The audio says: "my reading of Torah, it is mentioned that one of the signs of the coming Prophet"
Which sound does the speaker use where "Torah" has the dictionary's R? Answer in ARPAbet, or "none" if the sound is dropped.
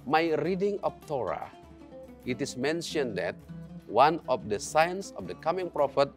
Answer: R